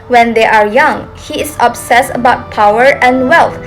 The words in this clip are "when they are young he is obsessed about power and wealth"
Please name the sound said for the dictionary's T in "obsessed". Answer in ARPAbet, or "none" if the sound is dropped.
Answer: none